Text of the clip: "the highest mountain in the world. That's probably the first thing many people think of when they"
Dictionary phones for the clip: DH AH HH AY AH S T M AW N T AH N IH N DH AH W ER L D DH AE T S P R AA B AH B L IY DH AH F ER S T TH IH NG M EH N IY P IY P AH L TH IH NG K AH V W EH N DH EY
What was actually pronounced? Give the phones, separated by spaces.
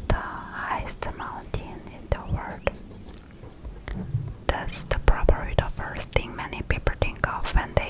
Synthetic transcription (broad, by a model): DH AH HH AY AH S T M AW N T AH N IH N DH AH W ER D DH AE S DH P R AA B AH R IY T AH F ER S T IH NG M EH N IY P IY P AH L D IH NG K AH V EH N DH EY